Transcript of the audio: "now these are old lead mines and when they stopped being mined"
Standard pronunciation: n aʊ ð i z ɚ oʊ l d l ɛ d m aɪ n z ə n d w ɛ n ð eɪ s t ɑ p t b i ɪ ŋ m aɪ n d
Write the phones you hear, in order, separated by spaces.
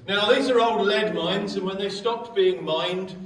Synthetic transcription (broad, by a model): n aʊ ð i z ɚ oʊ l d l ɛ d m aɪ n z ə n w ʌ n ð eɪ s t ɑ p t b i ɪ ŋ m aɪ n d